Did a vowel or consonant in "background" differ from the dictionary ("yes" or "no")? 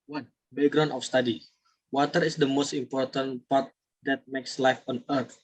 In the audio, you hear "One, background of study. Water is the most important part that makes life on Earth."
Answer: yes